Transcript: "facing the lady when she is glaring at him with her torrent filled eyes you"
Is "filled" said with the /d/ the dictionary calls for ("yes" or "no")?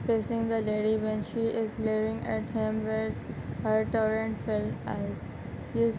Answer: no